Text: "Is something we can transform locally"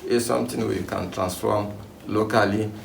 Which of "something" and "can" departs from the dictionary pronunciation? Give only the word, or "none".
something